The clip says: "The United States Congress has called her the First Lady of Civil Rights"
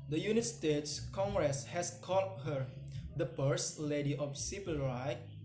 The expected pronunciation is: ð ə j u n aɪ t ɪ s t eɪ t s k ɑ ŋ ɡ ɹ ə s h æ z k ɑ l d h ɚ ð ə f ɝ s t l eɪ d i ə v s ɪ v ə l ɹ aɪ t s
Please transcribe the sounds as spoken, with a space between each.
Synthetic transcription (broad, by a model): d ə j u n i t s t eɪ t s k ɑ ŋ ɡ ɹ ə s h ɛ s k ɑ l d h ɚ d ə p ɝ s l eɪ d i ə f s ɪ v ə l ɹ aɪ